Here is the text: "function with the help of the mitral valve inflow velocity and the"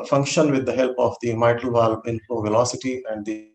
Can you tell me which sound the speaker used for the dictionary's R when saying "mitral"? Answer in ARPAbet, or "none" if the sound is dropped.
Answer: none